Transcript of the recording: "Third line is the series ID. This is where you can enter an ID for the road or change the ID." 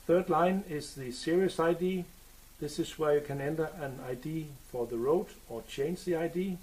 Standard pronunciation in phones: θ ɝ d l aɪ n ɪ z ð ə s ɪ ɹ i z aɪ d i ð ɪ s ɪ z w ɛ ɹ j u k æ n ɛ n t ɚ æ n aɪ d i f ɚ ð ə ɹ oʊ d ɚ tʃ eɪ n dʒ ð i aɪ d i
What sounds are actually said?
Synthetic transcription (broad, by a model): θ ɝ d l aɪ n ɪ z ð ə s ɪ ɹ i s aɪ d i ð ɪ s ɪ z w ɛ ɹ j u k æ n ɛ n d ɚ æ n aɪ d i f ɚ ð ə ɹ oʊ d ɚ tʃ eɪ n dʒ ð i aɪ d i